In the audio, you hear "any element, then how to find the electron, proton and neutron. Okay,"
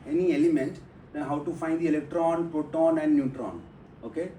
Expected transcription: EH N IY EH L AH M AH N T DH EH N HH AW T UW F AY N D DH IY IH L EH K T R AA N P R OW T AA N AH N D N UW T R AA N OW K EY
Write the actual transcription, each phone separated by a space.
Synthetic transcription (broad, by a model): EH N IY EH L AH M AH N T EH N HH AW T UW F AY N D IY IH L EH K T R AA N P R OW T AA N AH N D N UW T R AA N OW K EY